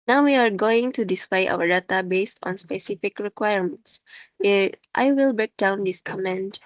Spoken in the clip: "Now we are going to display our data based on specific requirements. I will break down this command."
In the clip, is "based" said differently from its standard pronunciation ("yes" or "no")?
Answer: no